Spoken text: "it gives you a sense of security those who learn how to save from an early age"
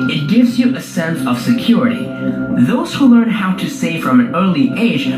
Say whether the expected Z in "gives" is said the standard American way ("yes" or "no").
yes